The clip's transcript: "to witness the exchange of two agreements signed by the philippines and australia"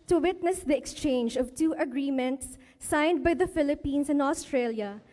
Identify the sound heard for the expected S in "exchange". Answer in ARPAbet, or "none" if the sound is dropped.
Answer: S